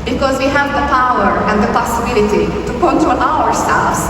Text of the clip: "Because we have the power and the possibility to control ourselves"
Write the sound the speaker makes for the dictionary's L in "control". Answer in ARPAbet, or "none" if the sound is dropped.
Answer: N